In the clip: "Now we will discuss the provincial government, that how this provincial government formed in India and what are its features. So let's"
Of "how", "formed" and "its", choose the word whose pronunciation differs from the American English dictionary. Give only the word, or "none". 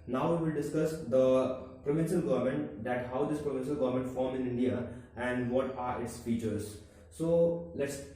formed